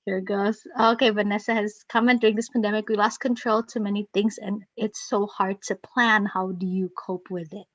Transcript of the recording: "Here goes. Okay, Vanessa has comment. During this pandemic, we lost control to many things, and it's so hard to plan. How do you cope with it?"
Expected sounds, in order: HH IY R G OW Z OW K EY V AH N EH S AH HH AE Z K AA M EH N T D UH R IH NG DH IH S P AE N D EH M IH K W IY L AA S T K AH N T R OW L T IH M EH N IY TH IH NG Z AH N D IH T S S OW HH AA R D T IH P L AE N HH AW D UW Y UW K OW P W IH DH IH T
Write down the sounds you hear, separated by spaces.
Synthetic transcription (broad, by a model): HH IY R G OW Z OW K EY V AH N EH S AH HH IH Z K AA M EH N D UH R IH NG DH IH S P AE N D EH M IH K W IY L AA S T K AH N T R OW L T IH M EH N IY TH IH NG Z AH N IH T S S OW HH AA R D T IH P L AE N HH AW D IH Y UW K OW P W IH DH IH T